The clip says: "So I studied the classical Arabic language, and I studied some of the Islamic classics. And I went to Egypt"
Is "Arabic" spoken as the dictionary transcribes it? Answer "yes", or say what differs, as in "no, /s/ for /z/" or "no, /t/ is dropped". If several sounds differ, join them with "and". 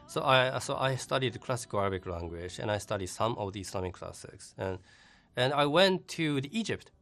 yes